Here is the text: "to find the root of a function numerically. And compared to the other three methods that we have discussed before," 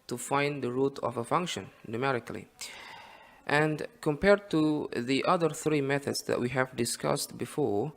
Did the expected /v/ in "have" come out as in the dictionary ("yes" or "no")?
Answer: yes